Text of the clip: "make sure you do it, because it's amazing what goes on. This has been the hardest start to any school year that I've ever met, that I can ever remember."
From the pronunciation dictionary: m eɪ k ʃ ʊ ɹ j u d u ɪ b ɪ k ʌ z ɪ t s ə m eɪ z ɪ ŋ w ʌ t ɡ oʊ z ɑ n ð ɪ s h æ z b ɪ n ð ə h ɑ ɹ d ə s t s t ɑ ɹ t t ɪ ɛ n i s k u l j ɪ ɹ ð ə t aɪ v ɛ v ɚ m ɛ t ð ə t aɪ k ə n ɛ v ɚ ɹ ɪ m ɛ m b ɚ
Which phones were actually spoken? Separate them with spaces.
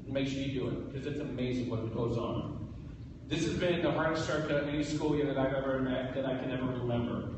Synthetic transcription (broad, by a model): m eɪ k s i d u ɪ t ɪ k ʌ z ɪ t s ə m eɪ z ɪ ŋ w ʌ t ɡ oʊ z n ð ɪ s h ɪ z b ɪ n ð ə h ɑ ɹ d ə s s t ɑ ɹ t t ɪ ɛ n i s k u l j ɪ ɹ ð ə t aɪ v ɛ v ɚ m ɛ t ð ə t aɪ k ə n ɛ v ɚ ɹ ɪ m ɛ m b ɚ